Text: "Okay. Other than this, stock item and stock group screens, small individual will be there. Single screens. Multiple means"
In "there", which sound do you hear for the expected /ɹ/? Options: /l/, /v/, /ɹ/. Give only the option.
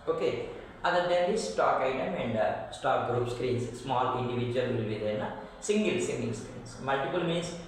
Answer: /l/